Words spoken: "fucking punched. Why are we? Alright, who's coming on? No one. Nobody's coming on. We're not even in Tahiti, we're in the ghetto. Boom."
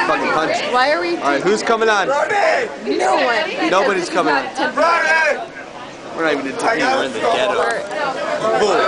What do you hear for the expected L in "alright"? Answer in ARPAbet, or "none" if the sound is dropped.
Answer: none